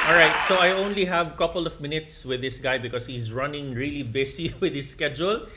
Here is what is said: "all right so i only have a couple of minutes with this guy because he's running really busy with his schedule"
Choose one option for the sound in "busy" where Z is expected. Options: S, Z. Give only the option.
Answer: S